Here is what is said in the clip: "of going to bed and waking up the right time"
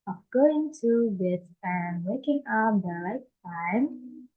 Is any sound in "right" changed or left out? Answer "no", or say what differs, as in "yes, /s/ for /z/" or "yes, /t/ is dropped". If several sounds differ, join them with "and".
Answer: yes, /l/ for /ɹ/